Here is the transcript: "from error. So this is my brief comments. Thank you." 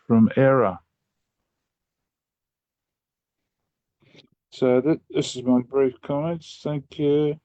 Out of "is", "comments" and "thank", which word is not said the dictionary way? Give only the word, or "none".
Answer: none